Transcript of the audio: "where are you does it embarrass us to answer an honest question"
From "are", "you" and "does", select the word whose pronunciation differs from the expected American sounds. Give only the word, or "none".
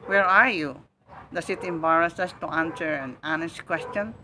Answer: does